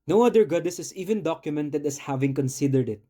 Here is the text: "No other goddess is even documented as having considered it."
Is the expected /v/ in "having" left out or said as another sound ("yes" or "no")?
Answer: no